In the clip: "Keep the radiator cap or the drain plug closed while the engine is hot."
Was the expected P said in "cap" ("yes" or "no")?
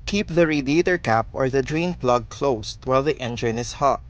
yes